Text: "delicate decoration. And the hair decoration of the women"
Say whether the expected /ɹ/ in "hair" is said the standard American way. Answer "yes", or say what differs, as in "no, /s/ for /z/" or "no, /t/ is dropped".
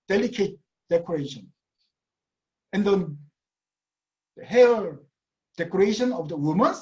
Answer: no, /l/ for /ɹ/